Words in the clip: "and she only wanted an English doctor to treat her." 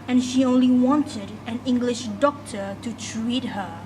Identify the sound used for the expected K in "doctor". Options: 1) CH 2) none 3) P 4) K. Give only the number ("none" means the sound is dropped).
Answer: 4